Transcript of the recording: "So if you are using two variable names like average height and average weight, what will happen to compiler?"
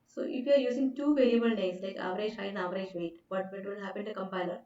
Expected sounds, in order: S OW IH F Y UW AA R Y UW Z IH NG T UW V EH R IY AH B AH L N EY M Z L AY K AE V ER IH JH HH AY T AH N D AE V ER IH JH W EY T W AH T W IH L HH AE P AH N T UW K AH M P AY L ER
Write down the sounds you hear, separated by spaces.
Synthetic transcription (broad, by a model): S OW IH F Y UW AA R Y UW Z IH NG T UW V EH L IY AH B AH L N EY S L AY K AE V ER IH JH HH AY AH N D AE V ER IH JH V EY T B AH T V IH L HH AE P AH N T UW K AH M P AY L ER